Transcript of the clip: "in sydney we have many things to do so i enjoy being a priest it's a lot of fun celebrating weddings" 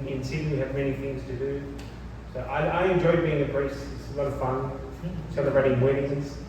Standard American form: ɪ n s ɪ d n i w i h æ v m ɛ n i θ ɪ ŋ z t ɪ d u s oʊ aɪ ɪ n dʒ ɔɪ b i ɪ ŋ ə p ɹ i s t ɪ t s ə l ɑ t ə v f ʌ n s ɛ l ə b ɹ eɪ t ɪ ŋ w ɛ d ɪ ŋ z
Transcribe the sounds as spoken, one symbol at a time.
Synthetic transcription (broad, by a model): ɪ n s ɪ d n w i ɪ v m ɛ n i θ ɪ ŋ z t ɪ d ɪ s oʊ aɪ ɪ n dʒ ɔɪ b i ɪ ŋ ə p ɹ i s ɪ t s ə l ɑ t ə v f ʌ n s ɛ l ə b ɹ eɪ t ɪ ŋ w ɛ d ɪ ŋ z